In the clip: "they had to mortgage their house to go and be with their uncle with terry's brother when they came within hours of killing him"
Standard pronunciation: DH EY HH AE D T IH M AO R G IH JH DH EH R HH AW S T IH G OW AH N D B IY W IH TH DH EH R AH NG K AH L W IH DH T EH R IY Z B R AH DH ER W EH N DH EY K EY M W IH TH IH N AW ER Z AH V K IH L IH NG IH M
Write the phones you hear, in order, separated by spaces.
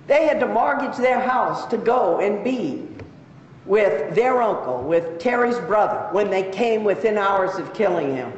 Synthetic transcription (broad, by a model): DH EY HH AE D T IH M AO R G IH JH DH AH R HH AW S T IH G OW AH N B IY W IH DH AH R AH NG K L W IH DH T EH R IY Z B R AH DH ER W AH N DH EY K EY M W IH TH IH N AW ER Z AH V K IH L IH NG IH M